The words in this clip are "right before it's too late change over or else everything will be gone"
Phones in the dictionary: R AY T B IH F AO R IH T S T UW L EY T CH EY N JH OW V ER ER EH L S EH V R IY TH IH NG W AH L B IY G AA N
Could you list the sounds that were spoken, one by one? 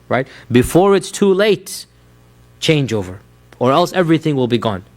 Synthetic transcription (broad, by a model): R AY T B IH F AO R IH T S T UW L EY T CH EY N JH OW V ER ER EH L S EH V R IY TH IH NG W AH L B IY G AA N